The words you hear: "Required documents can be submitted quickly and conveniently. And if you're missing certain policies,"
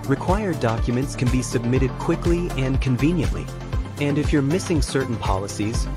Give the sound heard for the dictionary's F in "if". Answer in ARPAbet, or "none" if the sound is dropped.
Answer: F